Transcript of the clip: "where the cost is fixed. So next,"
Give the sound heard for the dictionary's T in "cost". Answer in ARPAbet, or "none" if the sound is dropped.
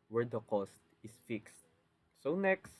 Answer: T